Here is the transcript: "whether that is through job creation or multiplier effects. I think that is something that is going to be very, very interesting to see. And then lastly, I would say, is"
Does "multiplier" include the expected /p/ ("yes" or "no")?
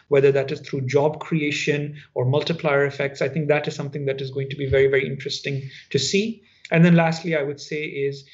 yes